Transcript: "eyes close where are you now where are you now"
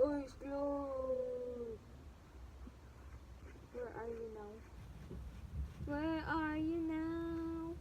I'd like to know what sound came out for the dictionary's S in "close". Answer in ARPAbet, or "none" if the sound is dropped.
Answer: none